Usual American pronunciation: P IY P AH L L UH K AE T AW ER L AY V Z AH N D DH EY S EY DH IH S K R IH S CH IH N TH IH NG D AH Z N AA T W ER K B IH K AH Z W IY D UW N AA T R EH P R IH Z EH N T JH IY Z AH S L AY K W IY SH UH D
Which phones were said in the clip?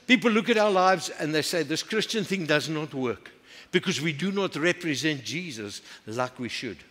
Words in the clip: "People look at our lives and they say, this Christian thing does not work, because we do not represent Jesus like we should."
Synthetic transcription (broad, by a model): P IY P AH L L UH K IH T AW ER L AY V Z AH N DH EY S EY DH IH S K R IH S CH IH N TH IH NG D AH Z N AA T W ER K B IH K AH Z W IY D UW N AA T R EH P R IH Z EH N T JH IY Z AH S L AY K W IY SH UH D